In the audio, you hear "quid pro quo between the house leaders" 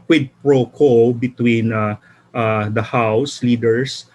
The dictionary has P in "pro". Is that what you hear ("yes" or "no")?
yes